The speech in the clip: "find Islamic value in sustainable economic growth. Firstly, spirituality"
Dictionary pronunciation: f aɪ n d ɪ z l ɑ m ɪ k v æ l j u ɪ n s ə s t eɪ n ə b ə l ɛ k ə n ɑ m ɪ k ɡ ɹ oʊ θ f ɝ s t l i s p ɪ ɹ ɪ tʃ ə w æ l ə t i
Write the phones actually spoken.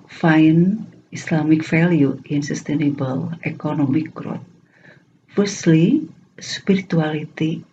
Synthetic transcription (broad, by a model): f aɪ n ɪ s l ɑ m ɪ k f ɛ l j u ɪ n s ə s t eɪ n ə b ə l ɛ k ə n ɑ m ɪ k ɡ ɹ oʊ t f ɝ s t l i s p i ɹ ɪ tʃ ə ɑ l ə t i